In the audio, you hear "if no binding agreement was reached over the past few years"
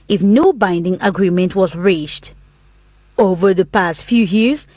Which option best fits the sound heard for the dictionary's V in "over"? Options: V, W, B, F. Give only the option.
V